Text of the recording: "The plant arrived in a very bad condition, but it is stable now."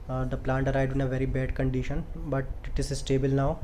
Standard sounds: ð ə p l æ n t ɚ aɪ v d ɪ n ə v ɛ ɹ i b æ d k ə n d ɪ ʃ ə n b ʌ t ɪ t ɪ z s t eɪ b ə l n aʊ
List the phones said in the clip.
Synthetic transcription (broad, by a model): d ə p l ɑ n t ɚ aɪ d ɪ n ə v ɛ ɹ i b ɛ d k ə n d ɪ ʃ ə n b ʌ t ɪ t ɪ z s t eɪ b ə l n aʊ